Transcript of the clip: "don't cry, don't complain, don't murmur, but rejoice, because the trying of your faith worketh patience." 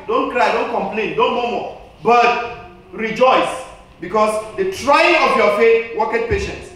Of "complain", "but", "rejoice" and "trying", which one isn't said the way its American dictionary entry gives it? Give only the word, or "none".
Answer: none